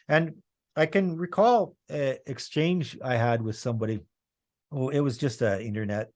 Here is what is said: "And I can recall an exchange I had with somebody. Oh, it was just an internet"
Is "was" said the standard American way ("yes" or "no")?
yes